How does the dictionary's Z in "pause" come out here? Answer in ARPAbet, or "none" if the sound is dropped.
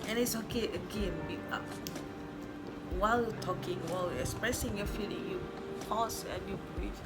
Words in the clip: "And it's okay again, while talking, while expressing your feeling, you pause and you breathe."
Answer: S